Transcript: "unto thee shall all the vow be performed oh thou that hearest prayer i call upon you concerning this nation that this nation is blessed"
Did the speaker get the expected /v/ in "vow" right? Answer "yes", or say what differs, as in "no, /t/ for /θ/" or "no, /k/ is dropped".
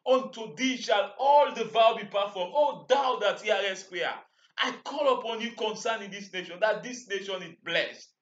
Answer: yes